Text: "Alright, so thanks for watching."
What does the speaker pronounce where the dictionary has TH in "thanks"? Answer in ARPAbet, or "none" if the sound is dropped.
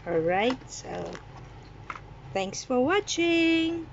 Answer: TH